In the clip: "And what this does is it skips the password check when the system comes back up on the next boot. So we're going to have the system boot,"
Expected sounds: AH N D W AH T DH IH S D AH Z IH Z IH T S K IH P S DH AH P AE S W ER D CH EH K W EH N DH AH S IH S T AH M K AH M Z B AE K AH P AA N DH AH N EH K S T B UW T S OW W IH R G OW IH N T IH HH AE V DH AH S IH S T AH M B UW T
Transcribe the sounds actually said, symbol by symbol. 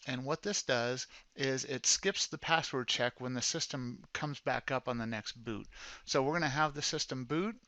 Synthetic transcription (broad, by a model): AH N W AH T DH IH S D AH Z IH Z IH T S K IH P S DH AH P AE S W ER D CH EH K W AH N DH AH S IH S T AH M K AH M Z B AE K AH P N DH AH N EH K S T B UW T S OW W IH R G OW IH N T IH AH V DH AH S IH S T AH M B UW T